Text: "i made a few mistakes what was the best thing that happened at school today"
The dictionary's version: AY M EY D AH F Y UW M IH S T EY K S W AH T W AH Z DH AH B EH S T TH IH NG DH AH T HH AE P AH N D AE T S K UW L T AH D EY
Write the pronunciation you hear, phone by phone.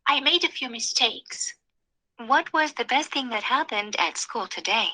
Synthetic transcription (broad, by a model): AY M EY D AH F Y UW M IH S T EY K S W AH T W AH Z DH AH B EH S T TH IH NG DH AH T HH AE P AH N D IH T S K UW L T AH D EY